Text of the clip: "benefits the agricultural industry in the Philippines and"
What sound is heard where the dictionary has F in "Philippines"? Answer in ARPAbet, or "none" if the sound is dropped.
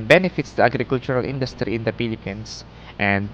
P